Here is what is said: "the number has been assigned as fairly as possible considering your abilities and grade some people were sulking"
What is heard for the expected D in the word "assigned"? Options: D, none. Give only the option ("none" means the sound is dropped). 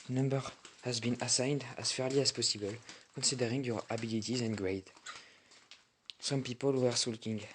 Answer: D